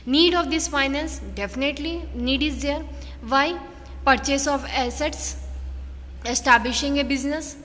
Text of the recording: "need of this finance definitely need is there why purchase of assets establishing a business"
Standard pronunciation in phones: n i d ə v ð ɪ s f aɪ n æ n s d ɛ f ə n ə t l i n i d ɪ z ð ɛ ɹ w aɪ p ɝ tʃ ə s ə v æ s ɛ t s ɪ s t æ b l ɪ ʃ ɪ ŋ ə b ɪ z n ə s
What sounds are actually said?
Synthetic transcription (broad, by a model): n i d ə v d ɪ s f aɪ n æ n s d ɛ f ə n ə t l i n i d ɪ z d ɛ ɹ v aɪ p ɝ tʃ ə s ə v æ s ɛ t s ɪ s t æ b l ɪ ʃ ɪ ŋ ə b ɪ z n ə s